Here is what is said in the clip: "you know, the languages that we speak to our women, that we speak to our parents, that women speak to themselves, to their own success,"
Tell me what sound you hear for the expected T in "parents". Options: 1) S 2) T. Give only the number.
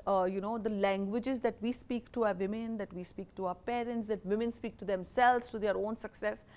2